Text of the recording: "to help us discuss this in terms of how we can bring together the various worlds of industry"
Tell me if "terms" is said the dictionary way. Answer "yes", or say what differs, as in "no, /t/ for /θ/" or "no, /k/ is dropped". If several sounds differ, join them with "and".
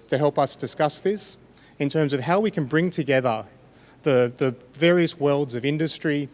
yes